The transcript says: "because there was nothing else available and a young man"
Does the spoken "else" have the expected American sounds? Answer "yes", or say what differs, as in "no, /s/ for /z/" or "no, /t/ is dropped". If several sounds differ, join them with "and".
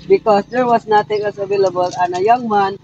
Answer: no, /l/ is dropped